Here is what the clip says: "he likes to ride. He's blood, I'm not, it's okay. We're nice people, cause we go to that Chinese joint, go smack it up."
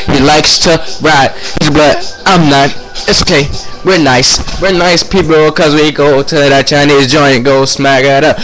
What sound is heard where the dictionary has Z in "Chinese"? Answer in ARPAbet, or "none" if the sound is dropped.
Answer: Z